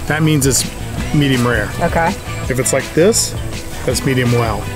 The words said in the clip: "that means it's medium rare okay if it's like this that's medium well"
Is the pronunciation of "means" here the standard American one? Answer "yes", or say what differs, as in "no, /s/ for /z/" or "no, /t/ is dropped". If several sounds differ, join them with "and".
yes